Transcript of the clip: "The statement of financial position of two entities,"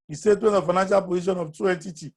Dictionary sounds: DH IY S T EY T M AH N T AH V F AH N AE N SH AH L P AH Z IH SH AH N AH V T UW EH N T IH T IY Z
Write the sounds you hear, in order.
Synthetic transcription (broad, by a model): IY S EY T AH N AH F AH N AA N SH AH L P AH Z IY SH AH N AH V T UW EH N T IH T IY